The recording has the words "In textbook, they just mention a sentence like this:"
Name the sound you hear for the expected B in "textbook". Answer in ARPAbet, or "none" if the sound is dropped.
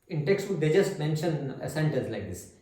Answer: none